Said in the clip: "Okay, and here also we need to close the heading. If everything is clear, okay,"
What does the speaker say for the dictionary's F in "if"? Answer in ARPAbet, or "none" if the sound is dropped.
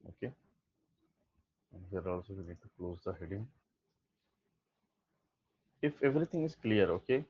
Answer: F